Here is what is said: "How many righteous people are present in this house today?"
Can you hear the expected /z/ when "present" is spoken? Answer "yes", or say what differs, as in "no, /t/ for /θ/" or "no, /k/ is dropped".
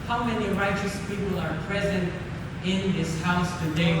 yes